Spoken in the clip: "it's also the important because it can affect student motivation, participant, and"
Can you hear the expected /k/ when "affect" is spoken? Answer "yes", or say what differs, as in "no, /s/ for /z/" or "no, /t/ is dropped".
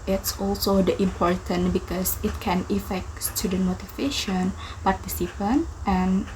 yes